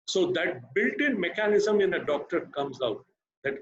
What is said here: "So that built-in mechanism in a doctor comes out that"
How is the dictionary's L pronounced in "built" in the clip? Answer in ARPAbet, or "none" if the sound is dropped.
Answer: L